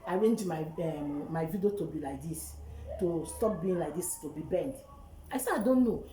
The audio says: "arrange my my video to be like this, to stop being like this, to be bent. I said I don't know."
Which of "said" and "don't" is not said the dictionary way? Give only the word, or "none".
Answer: said